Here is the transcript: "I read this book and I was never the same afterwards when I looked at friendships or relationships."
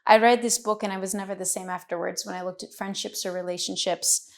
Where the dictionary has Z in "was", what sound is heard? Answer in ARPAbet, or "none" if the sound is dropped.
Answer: Z